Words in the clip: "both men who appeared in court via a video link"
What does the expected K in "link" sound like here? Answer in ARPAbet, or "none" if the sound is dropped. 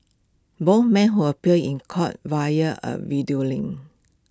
none